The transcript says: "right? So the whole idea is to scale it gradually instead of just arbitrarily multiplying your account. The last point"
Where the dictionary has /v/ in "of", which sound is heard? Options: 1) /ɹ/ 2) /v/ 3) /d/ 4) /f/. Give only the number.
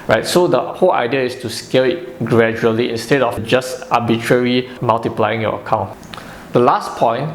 4